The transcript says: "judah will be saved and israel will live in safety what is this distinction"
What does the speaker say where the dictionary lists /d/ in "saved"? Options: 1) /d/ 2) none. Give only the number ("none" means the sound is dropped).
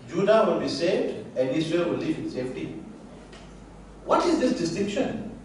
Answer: 1